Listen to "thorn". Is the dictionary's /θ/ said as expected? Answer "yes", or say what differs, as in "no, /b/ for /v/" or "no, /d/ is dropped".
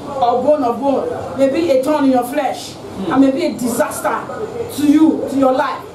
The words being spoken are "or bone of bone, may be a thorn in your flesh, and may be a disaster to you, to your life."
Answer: no, /t/ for /θ/